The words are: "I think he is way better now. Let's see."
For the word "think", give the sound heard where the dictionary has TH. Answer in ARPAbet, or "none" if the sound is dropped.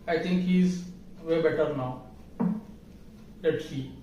T